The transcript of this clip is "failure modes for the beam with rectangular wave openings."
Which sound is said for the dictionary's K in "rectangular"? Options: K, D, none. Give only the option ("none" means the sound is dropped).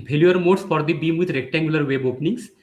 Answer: K